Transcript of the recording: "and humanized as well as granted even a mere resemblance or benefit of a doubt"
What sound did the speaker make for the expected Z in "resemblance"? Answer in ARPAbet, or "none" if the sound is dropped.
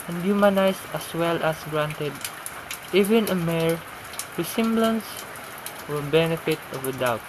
S